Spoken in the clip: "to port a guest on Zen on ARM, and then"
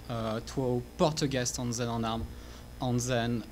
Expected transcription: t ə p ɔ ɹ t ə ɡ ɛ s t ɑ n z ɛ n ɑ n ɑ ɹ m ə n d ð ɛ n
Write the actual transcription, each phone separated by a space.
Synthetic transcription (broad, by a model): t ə p ɔ ɹ t ə ɡ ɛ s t ɑ n z ɛ n ɑ n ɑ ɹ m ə n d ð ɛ n